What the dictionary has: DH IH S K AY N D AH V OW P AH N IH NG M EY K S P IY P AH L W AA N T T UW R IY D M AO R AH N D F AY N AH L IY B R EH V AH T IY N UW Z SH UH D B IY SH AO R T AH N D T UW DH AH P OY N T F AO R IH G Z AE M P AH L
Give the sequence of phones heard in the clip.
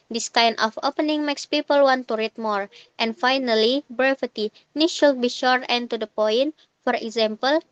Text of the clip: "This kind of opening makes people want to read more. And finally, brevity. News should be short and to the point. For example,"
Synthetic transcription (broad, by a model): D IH S K AY N AH F OW P AH N IH NG M EY K S P IY P AH L W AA N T T UW R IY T M AO R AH N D F AY N AH L IY B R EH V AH T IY N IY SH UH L B IY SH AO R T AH N T UW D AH P OY N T F AO R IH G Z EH M P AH L